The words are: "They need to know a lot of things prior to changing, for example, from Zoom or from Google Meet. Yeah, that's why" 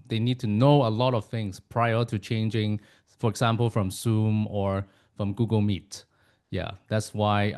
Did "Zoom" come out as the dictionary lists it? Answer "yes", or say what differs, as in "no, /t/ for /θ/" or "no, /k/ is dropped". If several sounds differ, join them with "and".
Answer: no, /s/ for /z/